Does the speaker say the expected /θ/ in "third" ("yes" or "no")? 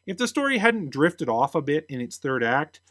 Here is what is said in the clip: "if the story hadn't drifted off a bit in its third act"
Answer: yes